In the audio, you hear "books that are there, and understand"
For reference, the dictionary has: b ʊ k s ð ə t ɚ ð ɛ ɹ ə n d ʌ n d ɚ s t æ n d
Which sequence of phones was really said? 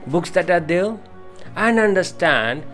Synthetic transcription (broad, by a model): b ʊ k s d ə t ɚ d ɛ l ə n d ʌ n d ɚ s t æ n d